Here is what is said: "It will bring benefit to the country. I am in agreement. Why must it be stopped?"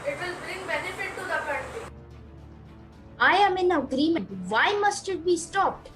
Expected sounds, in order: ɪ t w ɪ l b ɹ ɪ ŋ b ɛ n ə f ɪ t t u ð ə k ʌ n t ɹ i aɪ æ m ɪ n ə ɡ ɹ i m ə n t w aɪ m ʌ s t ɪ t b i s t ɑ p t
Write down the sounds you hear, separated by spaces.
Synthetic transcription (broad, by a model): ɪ t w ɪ l b ɹ ɪ ŋ b ɛ n ə f ɪ t t u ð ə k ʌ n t i aɪ æ m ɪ n ə ɡ ɹ i m ə n t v aɪ m ʌ s t ɪ t b i s t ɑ p t